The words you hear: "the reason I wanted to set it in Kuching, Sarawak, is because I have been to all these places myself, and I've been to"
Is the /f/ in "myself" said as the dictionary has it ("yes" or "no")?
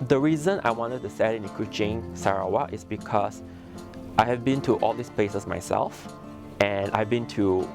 yes